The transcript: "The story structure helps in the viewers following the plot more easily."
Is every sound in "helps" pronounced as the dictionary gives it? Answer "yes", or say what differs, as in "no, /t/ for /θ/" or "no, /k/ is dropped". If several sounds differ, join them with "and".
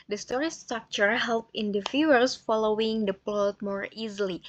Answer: no, /s/ is dropped